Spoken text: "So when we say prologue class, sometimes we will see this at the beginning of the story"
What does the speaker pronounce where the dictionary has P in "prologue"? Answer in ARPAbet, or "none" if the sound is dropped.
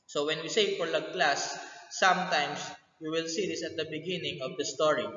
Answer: F